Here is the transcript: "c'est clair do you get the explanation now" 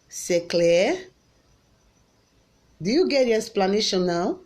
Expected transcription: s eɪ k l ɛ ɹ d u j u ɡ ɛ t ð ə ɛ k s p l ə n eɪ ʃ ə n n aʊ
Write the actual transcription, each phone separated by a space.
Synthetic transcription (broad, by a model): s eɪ k l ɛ d u j u ɡ ɛ t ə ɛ s p l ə n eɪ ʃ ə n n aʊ